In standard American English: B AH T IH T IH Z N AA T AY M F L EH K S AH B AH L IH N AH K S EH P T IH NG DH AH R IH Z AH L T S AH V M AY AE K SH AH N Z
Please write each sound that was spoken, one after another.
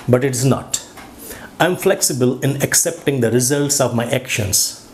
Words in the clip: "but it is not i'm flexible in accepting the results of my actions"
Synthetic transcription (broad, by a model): B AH T IH T IH Z N AA T AY M F L EH K S AH B AH L IH N AH K S EH P T IH NG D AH R IH Z AH L T S AH V M AY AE K SH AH N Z